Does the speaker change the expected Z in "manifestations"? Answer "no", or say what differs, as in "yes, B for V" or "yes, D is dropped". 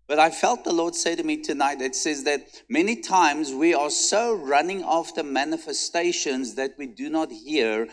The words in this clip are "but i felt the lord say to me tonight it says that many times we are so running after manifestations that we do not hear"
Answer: no